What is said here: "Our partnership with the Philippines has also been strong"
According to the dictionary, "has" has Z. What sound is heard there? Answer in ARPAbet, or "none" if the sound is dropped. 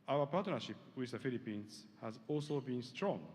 Z